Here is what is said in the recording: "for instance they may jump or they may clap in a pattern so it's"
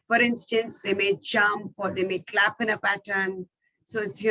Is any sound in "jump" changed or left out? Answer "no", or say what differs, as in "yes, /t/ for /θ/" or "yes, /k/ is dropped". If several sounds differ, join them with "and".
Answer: yes, /tʃ/ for /dʒ/